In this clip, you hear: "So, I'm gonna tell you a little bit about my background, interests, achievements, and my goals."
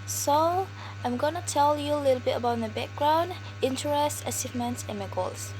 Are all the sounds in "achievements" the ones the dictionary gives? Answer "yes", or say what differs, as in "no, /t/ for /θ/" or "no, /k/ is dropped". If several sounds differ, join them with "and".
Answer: no, /s/ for /tʃ/